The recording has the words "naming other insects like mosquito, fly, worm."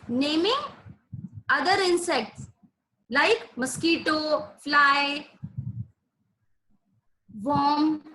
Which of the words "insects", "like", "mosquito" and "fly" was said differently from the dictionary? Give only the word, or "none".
none